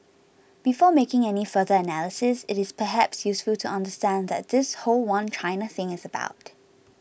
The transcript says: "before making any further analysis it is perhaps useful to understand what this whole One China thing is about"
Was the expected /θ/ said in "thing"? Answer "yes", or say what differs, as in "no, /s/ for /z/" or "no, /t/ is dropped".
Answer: yes